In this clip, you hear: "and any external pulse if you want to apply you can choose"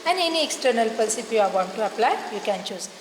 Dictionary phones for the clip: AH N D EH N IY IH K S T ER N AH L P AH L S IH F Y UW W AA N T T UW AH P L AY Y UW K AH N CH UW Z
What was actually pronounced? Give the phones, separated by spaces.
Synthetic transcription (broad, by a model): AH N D EH N IY IH K S T ER N AH L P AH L S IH P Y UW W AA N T T UW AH P L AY Y UW K AH N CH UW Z